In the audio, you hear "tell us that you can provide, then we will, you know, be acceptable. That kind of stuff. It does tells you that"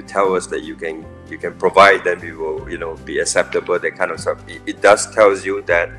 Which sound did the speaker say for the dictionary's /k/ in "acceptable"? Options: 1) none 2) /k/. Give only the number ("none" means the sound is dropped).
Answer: 2